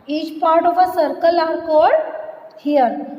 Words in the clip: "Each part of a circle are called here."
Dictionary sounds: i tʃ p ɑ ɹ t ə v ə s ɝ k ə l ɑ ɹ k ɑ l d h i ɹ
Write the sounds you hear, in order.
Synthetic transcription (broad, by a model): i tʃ p ɑ ɹ t ə v ə s ɝ k ə l ɑ ɹ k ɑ d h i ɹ